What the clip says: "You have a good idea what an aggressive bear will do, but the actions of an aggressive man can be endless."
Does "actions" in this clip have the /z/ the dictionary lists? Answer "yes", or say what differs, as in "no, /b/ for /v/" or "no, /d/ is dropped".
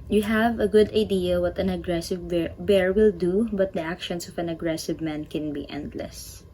no, /s/ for /z/